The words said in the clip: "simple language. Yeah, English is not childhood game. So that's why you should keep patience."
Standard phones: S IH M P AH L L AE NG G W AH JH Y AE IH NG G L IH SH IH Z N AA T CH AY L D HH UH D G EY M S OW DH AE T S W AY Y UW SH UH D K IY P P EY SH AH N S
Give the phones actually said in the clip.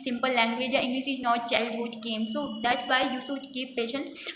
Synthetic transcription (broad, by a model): S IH M P AH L L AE NG G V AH JH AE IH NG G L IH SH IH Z N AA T CH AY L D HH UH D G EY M S OW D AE T S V AY Y UW S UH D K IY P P EY SH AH N S